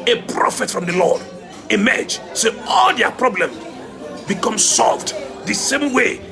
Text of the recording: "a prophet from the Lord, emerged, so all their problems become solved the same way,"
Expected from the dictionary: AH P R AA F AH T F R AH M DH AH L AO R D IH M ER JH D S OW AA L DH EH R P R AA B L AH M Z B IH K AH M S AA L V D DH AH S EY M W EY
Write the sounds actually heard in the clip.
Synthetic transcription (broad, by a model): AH P R AA F AH T F R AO M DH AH L AO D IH M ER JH S OW AA L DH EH P R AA B L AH M B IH K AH M S AA L V D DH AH S EY M W EY